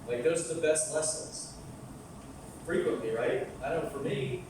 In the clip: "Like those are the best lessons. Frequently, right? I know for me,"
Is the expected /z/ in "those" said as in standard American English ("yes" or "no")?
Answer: yes